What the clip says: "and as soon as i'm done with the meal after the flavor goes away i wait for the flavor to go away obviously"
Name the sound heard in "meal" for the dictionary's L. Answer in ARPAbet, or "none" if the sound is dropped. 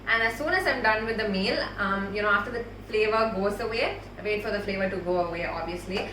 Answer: N